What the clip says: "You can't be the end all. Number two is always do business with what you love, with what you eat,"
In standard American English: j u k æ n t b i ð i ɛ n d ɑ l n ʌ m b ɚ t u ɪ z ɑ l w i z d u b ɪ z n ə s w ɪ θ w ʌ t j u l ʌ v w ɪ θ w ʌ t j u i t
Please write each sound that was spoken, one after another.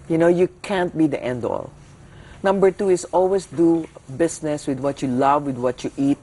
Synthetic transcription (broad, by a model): j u k æ n t b i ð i ɛ n d ɑ l n ʌ m b ɚ t u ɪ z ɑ l w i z d u b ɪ s n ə s w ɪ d w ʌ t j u l ʌ v w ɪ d w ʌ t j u i t